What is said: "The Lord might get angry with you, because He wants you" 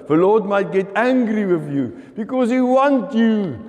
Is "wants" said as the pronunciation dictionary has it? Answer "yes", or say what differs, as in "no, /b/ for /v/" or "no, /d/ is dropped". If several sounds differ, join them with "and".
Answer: no, /s/ is dropped